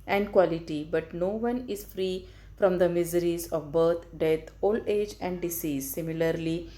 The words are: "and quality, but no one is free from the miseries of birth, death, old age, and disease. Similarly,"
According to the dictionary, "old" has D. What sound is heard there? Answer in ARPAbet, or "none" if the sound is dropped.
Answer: none